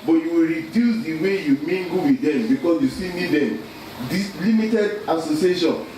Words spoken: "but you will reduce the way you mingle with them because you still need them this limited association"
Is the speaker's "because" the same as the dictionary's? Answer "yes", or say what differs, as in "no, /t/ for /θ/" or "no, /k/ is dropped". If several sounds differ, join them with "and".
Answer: no, /s/ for /z/